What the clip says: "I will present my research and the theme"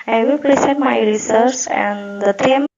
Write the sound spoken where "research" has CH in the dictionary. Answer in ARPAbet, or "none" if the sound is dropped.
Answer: S